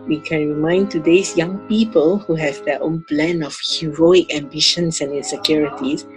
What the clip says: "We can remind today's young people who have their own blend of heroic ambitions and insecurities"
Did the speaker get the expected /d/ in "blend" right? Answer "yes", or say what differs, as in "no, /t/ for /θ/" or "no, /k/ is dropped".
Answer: no, /d/ is dropped